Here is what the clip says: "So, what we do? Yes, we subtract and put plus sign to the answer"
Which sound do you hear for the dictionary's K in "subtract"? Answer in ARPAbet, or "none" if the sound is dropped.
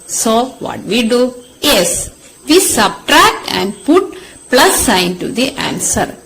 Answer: K